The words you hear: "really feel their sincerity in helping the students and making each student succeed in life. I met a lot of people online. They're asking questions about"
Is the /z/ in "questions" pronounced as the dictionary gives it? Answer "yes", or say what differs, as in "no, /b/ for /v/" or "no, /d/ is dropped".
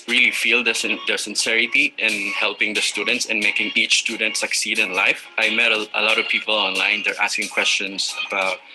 no, /s/ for /z/